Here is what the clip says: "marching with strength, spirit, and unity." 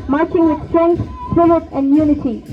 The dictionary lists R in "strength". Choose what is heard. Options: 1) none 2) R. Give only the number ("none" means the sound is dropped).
1